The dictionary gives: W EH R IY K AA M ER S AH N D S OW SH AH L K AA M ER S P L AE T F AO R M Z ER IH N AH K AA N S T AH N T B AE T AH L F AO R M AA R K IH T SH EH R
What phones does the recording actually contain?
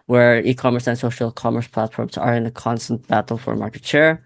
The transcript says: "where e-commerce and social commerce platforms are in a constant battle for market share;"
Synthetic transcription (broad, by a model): W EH R IY K AA M ER S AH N S OW SH AH L K AA M ER S P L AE T F AO R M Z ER IH N AH K AA N S T AH N T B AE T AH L F AO R M AA R K IH T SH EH R